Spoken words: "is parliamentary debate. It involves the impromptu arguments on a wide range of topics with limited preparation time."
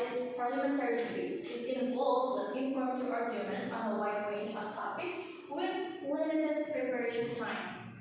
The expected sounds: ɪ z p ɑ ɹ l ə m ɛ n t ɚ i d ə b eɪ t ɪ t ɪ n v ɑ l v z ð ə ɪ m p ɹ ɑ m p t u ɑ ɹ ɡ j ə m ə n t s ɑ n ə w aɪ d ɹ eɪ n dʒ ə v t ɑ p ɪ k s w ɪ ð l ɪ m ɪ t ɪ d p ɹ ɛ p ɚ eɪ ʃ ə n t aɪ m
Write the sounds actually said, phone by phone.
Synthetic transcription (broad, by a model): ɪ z p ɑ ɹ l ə m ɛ n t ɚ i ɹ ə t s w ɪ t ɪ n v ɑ l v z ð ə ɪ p i p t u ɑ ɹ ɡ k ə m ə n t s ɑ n ə w aɪ d ɹ eɪ n dʒ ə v t ɑ p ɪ k w ɪ ð l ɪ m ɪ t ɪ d p ɹ ɛ p ɚ eɪ ʃ ə n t aɪ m